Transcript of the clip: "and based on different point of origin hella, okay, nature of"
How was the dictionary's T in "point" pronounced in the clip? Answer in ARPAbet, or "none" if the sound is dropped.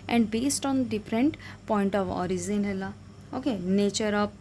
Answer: T